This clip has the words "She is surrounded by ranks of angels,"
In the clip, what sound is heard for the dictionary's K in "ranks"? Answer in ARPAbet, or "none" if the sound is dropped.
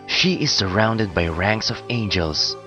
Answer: K